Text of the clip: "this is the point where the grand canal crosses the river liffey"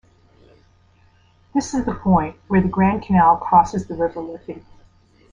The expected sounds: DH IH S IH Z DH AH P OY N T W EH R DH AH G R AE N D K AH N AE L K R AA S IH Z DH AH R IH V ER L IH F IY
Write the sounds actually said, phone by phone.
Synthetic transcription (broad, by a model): DH IH S IH Z DH AH P OY N T W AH R DH AH G R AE N K AH N AE L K AA S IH Z DH AH R IH V ER L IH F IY